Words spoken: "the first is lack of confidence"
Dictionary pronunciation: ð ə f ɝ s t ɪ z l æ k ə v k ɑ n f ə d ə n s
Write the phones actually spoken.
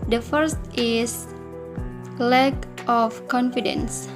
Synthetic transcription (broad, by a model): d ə f ɝ s t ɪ s l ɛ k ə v k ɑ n f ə d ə n s